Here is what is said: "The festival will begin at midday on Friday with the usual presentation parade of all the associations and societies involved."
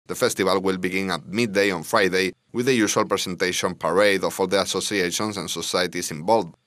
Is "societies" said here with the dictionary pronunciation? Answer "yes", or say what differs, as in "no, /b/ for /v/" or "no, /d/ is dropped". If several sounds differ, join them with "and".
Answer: no, /s/ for /z/